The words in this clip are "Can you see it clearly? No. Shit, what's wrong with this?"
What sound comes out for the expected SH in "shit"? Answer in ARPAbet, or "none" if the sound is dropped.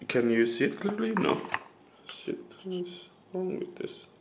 S